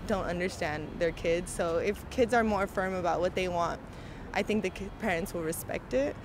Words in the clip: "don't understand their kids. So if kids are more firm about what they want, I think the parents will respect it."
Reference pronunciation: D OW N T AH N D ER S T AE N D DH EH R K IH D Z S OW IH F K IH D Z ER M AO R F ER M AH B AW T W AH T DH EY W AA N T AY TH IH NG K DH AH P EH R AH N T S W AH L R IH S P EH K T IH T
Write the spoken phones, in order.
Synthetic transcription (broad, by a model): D OW N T AH N D ER S T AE N DH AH R K IH D Z S OW IH F K IH D Z ER M AO R F ER M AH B AW T W AH T DH EY W AA N T AY TH IH NG K DH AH P EH R AH N T S W AH L R IH S P EH K T IH T